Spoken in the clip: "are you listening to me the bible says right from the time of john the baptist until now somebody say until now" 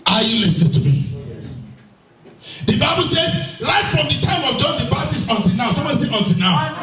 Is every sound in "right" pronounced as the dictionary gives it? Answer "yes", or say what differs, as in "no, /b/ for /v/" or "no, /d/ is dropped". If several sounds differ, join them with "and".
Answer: no, /l/ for /ɹ/